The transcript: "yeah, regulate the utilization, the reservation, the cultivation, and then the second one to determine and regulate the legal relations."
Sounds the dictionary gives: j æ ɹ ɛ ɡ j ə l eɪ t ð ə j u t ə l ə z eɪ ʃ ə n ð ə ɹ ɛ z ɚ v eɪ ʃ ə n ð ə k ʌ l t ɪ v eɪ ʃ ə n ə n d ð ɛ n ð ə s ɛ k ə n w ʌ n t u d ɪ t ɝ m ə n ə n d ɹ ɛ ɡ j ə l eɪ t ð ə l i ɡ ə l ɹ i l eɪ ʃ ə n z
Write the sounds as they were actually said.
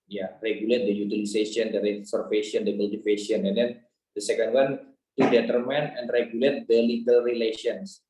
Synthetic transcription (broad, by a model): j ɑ ɹ ɛ ɡ j ə l eɪ t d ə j u t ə l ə s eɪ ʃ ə n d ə ɹ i s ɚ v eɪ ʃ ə n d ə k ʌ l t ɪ f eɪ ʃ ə n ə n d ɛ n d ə s ɛ k ə n w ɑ n t u d ɪ t ɝ m ə n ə n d ɹ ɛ ɡ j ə l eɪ t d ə l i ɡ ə l ɹ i l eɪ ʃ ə n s